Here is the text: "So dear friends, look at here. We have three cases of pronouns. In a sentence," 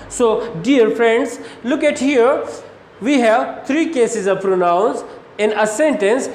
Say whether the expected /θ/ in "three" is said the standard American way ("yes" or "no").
no